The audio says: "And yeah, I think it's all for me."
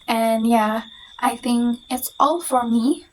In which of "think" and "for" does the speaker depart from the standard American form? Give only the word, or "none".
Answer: none